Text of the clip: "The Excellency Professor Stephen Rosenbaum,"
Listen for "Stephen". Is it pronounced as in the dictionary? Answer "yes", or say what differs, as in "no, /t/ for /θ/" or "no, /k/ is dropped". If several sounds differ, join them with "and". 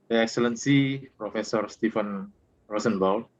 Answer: no, /f/ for /v/